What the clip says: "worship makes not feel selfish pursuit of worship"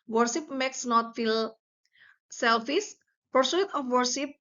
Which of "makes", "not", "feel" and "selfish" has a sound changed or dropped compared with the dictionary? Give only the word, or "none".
selfish